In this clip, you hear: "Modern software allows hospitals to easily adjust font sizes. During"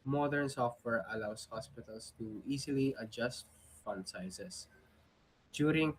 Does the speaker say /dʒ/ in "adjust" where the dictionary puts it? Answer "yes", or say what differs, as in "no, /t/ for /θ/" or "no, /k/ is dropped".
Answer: yes